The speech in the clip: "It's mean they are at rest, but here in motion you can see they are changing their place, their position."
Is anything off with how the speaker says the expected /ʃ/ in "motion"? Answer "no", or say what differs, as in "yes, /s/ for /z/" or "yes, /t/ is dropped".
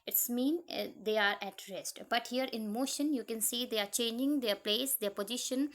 no